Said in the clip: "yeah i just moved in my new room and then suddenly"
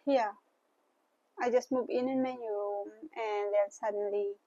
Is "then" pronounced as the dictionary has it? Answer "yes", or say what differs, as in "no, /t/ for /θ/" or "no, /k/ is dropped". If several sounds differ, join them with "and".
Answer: no, /l/ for /n/